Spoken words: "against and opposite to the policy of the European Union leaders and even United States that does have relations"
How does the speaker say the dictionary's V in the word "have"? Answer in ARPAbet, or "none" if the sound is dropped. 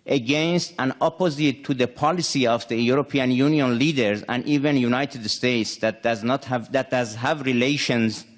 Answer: V